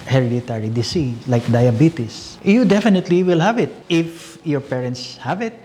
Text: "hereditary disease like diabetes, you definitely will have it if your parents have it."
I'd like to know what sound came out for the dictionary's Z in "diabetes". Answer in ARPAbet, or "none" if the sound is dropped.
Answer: S